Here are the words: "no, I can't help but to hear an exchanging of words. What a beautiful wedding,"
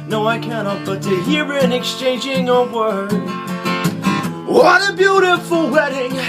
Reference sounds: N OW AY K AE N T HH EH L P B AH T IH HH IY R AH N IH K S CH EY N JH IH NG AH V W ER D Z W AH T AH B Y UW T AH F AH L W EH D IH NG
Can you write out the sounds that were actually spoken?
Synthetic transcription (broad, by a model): N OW AY K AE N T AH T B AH T IH HH IY R AH N IH K S CH EY N JH IH NG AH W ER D W AH T AH B Y UW T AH F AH L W EH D IH NG